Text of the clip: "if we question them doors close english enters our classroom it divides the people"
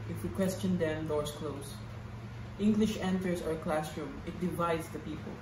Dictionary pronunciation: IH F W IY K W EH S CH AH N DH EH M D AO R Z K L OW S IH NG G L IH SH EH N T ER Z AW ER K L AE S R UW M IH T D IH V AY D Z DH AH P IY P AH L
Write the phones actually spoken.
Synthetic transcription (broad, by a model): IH F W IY K W EH S CH AH N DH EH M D AO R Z K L OW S IH NG G L IH SH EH N T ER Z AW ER K L AE S R UW M IH T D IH V AY D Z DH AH P IY P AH L